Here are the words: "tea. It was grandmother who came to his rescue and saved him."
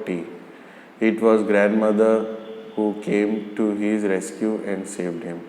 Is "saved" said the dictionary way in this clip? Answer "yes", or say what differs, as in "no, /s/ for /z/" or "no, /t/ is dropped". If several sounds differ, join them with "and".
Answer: yes